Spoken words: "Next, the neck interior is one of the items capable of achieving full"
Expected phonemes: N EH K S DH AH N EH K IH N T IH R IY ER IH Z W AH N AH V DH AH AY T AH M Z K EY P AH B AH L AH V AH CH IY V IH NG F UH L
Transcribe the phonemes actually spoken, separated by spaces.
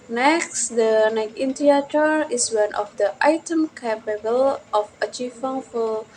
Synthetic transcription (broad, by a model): N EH K S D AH N EH K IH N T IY IY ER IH S W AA N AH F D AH AY T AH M K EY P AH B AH L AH F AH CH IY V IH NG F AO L